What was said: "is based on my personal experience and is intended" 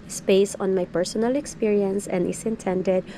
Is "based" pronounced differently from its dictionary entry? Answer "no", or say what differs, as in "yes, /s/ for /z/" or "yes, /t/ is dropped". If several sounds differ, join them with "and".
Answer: yes, /t/ is dropped